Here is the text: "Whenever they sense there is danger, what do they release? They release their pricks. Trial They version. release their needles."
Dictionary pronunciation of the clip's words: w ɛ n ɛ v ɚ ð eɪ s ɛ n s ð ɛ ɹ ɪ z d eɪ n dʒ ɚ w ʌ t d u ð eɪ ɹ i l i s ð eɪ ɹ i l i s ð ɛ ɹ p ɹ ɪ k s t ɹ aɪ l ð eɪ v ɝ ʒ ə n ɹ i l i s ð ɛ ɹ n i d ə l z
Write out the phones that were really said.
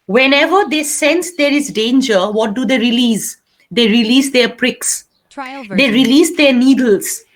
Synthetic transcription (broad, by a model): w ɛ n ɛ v ɚ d eɪ s ɛ n s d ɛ ɹ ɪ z d eɪ n dʒ ɚ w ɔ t d u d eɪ ɹ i l i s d eɪ ɹ i l i s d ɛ ɹ p ɹ ɪ k s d eɪ ɹ i l i s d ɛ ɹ n i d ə l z